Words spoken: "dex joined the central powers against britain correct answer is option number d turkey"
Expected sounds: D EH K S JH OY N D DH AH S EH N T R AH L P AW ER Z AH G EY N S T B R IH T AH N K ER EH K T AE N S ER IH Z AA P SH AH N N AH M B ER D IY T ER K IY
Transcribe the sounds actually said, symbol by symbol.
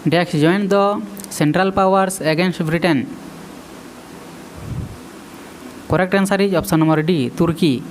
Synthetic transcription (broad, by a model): D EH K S JH OY N D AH S EH N T R AH L P AW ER S AH G EY N S T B R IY T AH N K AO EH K T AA N S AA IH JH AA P S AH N N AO M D D IY T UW K IY